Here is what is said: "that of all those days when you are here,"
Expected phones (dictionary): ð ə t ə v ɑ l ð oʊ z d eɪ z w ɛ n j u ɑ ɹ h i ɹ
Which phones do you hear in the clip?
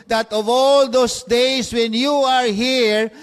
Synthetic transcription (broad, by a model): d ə t ə v ɑ l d oʊ s d eɪ s w ɛ n j u ɑ ɹ h i ɹ